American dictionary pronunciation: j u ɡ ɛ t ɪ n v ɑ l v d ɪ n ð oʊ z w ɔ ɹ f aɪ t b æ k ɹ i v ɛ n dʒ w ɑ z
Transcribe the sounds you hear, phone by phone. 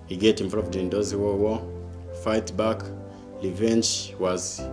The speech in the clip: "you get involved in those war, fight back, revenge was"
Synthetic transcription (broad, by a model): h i ɡ ɛ t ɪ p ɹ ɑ v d ɪ n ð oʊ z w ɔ w f aɪ t b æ k l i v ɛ n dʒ w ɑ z